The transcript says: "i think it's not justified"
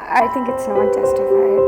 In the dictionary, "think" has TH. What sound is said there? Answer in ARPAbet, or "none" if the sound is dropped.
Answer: TH